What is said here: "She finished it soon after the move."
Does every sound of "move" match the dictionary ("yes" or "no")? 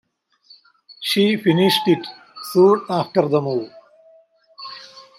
no